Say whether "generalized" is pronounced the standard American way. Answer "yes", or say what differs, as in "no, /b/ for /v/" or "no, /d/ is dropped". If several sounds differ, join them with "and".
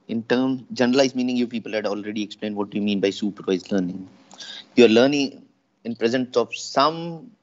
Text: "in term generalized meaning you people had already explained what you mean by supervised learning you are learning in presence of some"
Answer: no, /ɹ/ is dropped